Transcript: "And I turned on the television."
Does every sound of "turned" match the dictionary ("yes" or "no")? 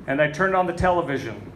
yes